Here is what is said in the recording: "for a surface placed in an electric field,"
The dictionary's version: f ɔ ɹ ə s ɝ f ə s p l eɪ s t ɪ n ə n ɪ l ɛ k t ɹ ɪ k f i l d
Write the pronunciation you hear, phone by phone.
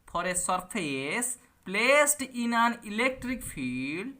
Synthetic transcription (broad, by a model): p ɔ ɹ ə s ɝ p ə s p l eɪ s t ɪ n ə n ɪ l ɛ k t ɹ ɪ k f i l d